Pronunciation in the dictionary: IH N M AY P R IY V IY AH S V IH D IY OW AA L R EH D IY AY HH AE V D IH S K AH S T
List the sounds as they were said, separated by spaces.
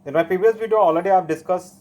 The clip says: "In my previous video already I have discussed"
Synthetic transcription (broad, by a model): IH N M AY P IY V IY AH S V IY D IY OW AA L R EH D IY AY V D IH S K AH S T